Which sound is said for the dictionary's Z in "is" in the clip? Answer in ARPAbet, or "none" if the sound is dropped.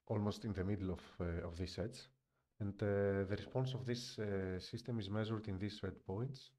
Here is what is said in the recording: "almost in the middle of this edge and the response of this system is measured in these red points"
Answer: Z